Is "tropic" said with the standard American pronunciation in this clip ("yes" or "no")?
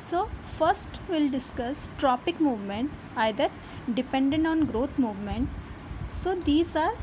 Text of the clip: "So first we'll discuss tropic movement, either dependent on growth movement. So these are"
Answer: yes